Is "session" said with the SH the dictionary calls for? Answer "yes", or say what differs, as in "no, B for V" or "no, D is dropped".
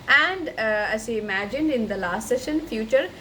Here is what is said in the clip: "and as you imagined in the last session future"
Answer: yes